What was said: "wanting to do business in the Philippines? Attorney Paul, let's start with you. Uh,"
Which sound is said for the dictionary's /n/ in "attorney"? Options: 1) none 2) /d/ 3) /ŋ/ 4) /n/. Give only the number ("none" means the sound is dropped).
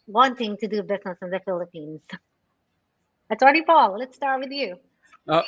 1